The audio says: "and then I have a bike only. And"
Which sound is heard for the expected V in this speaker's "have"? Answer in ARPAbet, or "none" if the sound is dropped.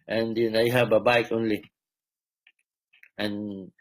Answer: B